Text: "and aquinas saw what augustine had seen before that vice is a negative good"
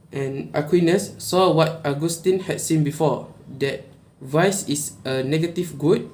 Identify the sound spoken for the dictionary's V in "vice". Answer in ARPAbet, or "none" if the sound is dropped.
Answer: V